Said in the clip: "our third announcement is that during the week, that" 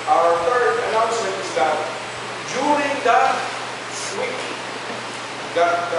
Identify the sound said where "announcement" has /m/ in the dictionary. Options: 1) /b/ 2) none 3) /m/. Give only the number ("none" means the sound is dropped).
2